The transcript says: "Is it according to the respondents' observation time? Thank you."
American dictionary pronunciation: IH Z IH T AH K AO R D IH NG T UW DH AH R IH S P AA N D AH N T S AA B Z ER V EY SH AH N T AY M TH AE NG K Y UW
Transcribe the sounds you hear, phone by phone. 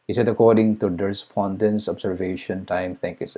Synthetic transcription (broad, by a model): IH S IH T AH K AO R D IH NG T UW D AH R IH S P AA N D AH N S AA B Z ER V EY SH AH N T AY M T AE NG K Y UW